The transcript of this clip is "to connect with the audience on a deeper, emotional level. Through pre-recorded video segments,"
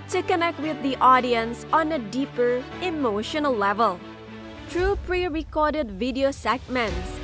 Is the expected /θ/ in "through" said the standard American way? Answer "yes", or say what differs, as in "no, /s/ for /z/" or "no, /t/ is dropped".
no, /t/ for /θ/